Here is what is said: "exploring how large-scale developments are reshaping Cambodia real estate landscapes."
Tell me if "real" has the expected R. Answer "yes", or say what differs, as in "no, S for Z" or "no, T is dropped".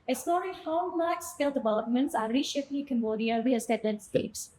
no, W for R